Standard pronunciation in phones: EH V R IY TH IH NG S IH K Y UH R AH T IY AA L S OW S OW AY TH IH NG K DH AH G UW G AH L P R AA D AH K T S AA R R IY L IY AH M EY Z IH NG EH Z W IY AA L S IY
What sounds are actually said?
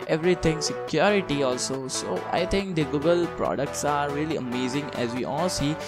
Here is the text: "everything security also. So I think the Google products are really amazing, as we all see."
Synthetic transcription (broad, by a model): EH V R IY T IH NG S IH K Y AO R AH T IY AA L S OW S OW AY T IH NG K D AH G UW G AH L P R AA D AH K T S AA R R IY L IY AH M EY Z IH NG EH Z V IY AA L S IY